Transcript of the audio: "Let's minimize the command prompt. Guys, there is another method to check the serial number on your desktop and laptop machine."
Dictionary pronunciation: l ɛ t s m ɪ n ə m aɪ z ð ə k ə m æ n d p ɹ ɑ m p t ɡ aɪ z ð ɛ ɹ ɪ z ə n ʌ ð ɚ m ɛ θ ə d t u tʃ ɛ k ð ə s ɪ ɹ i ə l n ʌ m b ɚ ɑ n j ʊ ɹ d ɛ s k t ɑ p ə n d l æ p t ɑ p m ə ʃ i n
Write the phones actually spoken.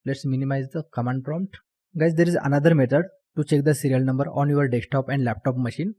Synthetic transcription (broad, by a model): l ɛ t s m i n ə m aɪ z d ə k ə m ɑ n d p ɹ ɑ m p t ɡ aɪ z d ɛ ɹ ɪ z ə n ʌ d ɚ m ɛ t ə d t u tʃ ɛ k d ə s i ɹ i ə l n ʌ m b ɚ ɑ n j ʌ ɹ d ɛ k t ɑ p ə n d l æ p t ɑ p m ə ʃ i n